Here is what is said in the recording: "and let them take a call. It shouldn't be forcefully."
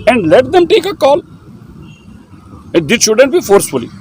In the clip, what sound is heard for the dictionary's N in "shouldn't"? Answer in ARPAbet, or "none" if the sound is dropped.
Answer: N